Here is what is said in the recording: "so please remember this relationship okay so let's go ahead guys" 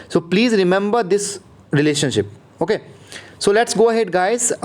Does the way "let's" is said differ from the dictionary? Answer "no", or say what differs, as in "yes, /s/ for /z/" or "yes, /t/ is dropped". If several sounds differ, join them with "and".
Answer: no